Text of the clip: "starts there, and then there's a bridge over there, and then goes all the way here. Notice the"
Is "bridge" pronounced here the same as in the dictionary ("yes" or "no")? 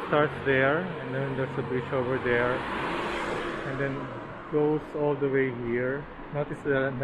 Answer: no